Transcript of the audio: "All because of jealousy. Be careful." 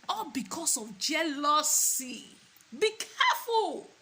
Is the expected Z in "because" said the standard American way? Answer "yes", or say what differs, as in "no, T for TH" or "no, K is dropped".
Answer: no, S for Z